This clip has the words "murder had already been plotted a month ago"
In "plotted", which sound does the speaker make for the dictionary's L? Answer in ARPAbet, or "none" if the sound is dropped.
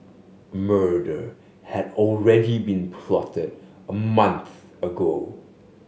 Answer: L